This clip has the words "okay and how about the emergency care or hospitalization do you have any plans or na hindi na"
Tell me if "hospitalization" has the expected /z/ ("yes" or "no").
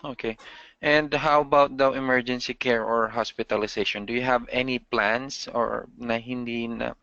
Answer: no